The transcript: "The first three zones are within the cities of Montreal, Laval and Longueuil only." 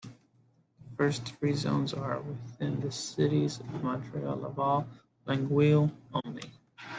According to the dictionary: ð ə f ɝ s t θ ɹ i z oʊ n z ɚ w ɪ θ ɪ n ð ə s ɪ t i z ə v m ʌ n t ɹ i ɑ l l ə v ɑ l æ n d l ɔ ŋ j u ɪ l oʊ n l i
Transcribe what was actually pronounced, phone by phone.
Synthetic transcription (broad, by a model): ð ə f ɝ s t θ ɹ i z oʊ n z ɚ w ɪ θ ɪ n ð ə s ɪ t i z ə v m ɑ n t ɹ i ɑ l l ə v ɑ l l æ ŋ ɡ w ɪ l oʊ n l i